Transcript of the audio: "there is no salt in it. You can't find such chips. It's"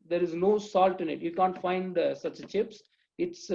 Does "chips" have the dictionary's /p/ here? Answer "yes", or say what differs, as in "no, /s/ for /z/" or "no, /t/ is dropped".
yes